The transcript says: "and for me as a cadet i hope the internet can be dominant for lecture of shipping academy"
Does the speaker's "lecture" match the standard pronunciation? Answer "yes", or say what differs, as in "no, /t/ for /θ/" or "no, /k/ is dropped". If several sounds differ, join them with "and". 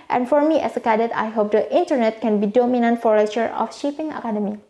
no, /k/ is dropped